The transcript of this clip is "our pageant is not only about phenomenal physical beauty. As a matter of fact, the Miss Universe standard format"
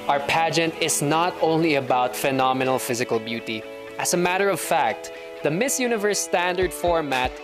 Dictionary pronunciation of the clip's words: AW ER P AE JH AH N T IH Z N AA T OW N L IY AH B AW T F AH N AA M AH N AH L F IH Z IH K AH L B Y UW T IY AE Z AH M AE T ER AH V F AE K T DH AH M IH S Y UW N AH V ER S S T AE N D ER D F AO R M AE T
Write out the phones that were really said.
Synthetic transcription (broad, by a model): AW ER P AE JH AH N T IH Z N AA T OW N L IY AH B AW T F AH N AA M AH N AH L F IH Z IH K AH L B Y UW T IY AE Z AH M AE T ER AH V F AE K T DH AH M IH S Y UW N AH V ER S S T AE N D ER D F AO R M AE T